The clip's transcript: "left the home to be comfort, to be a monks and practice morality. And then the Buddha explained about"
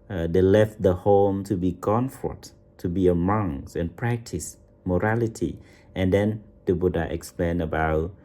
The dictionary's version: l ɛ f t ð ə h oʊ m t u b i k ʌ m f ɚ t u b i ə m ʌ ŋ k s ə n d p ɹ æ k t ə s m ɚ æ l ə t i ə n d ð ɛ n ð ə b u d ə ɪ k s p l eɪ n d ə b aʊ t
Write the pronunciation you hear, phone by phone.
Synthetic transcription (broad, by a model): l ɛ f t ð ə h oʊ m t u b i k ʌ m f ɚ t u b i ə m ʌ ŋ s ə n p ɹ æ k t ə s m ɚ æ l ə t i ə n d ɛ n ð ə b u d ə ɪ k s p l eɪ n ə b aʊ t